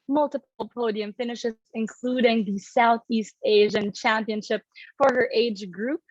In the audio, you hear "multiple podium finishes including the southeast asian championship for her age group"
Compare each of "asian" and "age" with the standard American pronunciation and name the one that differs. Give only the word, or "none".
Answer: none